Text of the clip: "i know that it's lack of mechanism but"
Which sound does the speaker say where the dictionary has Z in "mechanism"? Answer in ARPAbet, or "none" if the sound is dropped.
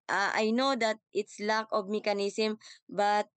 S